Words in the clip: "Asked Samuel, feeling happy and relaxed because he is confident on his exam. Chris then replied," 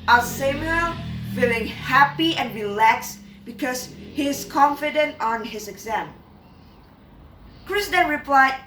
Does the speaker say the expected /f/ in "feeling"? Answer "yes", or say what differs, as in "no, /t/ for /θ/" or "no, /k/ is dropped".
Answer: yes